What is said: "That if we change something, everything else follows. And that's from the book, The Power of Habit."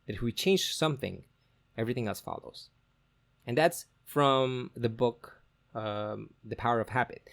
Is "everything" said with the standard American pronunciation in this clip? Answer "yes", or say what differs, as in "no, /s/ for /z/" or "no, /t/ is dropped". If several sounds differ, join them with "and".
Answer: yes